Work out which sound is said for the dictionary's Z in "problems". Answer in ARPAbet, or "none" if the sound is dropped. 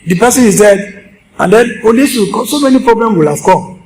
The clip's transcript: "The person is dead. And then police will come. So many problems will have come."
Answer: none